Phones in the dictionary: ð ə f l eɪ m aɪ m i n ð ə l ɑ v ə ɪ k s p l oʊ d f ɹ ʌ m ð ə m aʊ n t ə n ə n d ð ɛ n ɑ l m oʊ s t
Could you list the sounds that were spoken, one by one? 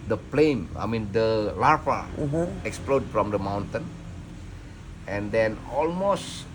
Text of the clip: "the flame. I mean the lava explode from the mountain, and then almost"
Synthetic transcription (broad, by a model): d ə p l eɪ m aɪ m i n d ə l ɑ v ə ɪ k s p l oʊ d f ɹ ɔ m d ə m aʊ n t ə n ə n d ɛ n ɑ l m oʊ s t